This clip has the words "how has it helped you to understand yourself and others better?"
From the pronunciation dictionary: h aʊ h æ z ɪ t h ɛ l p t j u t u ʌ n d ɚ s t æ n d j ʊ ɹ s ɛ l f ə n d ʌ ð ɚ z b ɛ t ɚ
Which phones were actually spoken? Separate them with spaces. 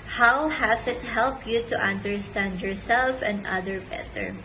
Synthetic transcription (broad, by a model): h aʊ h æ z ɪ t h ɛ l p j u t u ʌ n d ɚ s t æ n d j ʊ ɹ s ɛ l f ə n d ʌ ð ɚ b ɛ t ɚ